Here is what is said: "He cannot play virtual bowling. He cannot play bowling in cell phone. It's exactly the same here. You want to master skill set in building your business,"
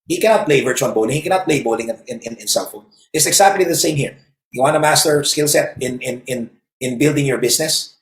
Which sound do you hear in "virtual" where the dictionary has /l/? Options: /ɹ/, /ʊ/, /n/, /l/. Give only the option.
/n/